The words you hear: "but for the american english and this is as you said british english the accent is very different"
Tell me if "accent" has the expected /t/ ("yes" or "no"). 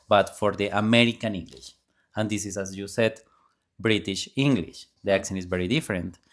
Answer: no